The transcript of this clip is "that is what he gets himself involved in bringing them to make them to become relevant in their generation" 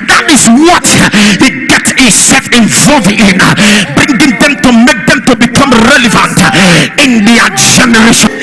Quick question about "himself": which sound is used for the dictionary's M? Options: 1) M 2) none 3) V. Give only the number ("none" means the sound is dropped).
2